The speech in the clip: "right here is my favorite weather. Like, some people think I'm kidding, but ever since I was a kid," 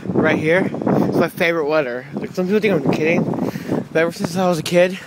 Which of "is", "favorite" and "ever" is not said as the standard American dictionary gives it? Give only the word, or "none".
is